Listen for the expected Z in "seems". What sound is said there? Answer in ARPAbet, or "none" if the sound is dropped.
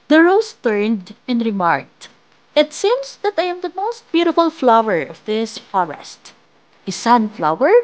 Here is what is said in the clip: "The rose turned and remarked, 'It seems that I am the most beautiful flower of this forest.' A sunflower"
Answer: S